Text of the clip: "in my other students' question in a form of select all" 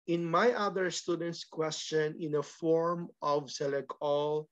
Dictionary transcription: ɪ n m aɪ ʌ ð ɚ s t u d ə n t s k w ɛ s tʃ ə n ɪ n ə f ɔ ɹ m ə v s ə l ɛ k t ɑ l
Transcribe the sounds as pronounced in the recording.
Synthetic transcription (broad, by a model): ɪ n m aɪ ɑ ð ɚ s t u d ə n t s k w ɛ s tʃ ə n ɪ n ə f ɔ ɹ m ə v s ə l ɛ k ɑ l